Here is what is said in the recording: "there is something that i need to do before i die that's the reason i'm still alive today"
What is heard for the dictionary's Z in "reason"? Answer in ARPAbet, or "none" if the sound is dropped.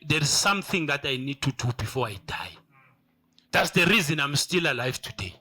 Z